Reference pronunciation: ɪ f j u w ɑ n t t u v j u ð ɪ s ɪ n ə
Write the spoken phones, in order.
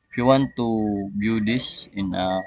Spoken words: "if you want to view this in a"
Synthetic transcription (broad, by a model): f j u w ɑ n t t u b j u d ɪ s ɪ n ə